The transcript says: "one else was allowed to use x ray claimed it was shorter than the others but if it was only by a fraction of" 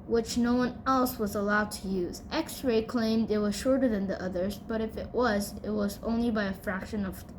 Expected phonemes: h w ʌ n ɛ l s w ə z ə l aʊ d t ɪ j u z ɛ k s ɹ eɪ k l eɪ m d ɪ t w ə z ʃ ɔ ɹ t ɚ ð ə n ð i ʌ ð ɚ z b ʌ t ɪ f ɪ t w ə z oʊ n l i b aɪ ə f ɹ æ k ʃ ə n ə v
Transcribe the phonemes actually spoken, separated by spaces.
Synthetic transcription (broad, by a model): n w ʌ n ɛ l s w ə z ə l aʊ d t ɪ j u z ɛ k s ɹ eɪ k l eɪ m d ɪ t w ə z ʃ ɔ ɹ t ɚ ð ə n ð i ʌ ð ɚ z b ʌ t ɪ f ɪ t w ə z oʊ n l i b aɪ ə f ɹ æ k ʃ ə n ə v